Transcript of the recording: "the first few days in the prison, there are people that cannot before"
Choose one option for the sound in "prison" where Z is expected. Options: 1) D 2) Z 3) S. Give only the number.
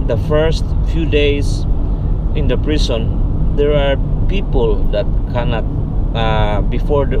3